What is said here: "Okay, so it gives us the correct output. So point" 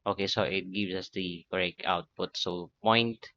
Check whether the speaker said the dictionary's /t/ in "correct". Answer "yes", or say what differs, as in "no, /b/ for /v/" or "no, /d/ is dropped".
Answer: no, /t/ is dropped